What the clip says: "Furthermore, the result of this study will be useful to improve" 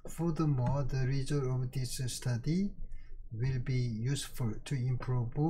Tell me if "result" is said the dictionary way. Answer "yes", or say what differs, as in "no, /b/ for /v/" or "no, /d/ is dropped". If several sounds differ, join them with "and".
no, /l/ is dropped